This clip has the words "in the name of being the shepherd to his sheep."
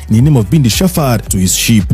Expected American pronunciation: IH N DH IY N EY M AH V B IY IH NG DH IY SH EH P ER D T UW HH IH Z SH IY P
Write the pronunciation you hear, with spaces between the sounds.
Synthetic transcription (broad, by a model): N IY N EY M AH V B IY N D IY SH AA F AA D T UW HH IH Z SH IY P